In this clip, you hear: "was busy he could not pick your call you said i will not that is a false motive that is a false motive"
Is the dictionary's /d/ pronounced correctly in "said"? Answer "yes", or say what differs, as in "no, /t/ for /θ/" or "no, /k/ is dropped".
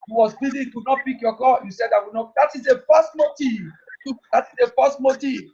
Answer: yes